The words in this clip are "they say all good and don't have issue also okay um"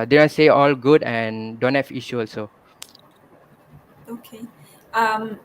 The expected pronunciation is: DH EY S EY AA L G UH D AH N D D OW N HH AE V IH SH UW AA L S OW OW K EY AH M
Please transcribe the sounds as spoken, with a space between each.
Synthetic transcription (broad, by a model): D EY S EY AA L G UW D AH N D D OW N HH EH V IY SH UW AA L S OW OW K EY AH M